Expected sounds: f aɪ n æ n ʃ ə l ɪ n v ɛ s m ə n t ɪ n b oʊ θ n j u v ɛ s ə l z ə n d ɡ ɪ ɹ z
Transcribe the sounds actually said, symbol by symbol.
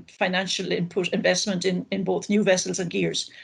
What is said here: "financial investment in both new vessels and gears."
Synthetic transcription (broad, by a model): f aɪ n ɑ n ʃ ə l ɪ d v ɛ s m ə n t ɪ n b oʊ θ n j u v ɛ s ə l z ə n ɡ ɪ ɹ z